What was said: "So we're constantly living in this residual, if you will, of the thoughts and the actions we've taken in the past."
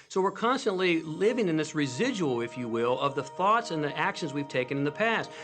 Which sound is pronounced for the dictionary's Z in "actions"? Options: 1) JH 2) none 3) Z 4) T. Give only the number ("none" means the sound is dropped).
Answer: 3